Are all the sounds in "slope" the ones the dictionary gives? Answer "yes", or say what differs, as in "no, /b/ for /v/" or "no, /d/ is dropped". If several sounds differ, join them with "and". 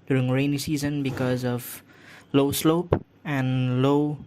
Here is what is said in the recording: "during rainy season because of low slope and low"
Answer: yes